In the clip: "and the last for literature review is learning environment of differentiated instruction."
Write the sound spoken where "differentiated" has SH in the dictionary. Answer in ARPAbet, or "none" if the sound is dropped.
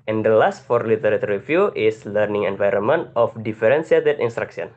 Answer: S